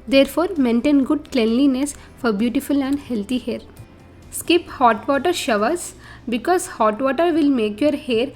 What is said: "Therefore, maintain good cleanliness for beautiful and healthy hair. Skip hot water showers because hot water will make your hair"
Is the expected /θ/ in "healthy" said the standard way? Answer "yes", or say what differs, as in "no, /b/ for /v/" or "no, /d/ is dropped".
no, /t/ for /θ/